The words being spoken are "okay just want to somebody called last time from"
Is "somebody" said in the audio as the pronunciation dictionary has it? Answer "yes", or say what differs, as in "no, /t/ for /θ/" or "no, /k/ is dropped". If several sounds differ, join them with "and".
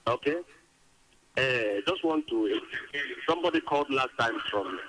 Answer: yes